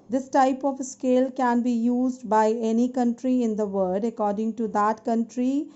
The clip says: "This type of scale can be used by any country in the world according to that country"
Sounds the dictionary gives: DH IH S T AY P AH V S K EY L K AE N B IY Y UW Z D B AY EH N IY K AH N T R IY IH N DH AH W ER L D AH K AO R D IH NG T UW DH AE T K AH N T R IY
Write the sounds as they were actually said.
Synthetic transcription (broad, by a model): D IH S T AY P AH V S K EY L K AE N B IY Y UW Z D B AY EH N IY K AH N T R IY IH N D AH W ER D AH K AO R D IH NG T UW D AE T K AH N T R IY